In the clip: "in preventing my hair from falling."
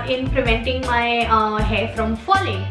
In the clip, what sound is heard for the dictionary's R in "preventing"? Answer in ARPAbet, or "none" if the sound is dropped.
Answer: L